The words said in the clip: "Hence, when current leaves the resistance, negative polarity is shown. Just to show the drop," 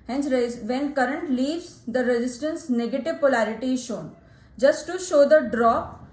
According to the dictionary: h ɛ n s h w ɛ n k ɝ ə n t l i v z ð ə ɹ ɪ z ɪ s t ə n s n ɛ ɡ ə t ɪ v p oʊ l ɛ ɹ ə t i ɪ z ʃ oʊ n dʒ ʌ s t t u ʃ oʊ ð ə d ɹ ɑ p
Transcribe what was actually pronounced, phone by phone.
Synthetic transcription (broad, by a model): h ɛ n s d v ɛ n k ɝ ə n t l i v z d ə ɹ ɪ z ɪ s t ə n s n ɛ ɡ ə t ɪ v p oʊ l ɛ ɹ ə t i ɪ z ʃ oʊ n dʒ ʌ s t t u ʃ oʊ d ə d ɹ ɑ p